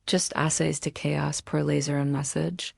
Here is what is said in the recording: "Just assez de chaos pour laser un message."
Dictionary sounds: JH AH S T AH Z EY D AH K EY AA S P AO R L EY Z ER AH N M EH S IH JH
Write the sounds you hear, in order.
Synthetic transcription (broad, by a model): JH AH S T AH S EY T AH K EY AA S P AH R L EY Z ER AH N M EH S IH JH